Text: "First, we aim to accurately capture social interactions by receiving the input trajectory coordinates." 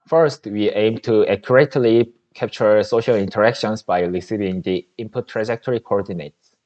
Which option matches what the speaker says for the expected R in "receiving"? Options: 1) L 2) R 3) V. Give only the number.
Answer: 1